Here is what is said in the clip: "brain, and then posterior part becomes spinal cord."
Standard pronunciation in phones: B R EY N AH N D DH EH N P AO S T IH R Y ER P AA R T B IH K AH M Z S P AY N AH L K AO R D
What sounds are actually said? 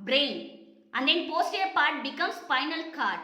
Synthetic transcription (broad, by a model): B R EY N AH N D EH N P AO S T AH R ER P AA R T B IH K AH M S F AY N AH L K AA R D